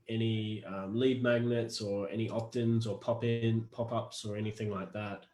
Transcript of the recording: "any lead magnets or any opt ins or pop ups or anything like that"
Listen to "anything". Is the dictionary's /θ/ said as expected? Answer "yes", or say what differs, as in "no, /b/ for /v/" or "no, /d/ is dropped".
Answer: yes